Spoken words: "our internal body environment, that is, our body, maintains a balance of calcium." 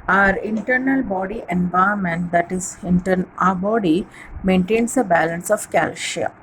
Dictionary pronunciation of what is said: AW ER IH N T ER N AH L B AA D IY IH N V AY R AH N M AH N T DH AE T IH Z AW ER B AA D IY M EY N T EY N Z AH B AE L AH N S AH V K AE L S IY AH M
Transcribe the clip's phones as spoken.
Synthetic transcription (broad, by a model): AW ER IH N T ER N AH L B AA D IY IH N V AY AH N M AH N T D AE T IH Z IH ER B AA D IY M EY N T EY N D AH B AE L AH N S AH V K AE L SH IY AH